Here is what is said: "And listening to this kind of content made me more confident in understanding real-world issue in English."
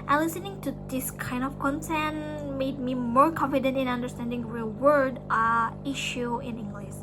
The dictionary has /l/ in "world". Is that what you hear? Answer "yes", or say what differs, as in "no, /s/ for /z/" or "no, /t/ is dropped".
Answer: no, /l/ is dropped